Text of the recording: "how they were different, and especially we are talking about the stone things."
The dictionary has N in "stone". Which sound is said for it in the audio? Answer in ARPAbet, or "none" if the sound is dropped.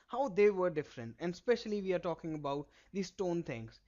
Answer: N